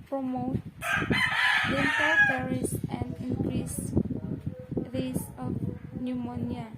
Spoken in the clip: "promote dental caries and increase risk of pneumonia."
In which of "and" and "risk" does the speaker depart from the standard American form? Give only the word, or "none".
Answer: risk